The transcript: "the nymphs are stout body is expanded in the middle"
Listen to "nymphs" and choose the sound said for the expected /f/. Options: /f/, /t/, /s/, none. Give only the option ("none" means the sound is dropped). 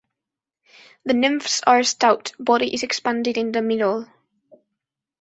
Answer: /f/